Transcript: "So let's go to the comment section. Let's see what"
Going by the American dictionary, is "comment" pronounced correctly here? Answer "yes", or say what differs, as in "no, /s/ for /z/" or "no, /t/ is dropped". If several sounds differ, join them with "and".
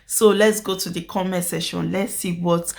no, /n/ is dropped